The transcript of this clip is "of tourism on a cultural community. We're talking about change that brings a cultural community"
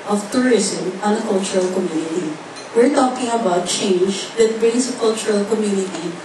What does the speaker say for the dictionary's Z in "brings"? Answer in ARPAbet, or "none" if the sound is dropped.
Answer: S